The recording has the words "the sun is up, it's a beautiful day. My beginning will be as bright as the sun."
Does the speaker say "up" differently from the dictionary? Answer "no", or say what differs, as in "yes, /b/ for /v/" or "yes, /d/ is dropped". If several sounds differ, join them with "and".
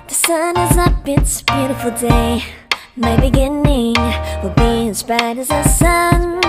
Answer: yes, /b/ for /p/